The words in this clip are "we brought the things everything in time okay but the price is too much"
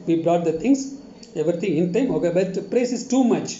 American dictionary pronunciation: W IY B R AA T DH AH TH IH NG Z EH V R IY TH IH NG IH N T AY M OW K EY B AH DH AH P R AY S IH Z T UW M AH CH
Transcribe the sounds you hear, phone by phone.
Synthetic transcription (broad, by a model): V IY B R AA T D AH T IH NG S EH V R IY T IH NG IH N T AY M OW K EY B AH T P R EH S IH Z T UW M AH CH